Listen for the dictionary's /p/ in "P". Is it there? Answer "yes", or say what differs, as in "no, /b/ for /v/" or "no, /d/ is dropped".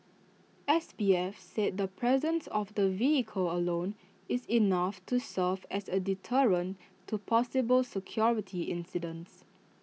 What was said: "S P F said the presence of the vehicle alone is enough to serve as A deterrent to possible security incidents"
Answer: no, /b/ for /p/